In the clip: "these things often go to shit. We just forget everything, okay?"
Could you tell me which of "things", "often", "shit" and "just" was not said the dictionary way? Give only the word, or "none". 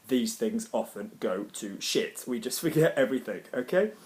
none